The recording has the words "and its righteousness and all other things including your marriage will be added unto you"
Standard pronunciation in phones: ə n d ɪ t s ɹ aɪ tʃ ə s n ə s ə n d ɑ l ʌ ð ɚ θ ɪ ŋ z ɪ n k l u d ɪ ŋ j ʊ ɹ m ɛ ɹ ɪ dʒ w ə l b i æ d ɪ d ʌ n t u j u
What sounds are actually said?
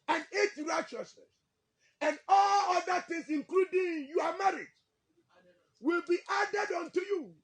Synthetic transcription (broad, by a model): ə n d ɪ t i ɹ aɪ tʃ ə s n ə s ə n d ɑ l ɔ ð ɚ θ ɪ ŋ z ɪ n k l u d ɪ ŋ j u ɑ m ɛ ɹ ɪ dʒ w ə l b i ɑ d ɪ d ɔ n t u j u